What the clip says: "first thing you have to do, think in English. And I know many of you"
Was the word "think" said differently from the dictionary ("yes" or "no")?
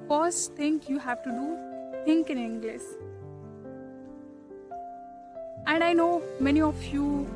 yes